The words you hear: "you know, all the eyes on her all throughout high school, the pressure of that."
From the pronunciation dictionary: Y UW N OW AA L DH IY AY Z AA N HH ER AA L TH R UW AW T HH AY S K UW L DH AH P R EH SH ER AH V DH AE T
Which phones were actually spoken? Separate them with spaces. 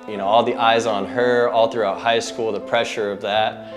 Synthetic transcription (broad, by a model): Y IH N OW AA L DH IY AY Z N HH ER AA L TH R UW AW T HH AY S K UW L DH AH P R EH SH ER AH V DH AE T